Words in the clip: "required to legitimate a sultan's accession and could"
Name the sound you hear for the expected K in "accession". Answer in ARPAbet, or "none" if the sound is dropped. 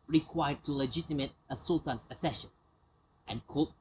none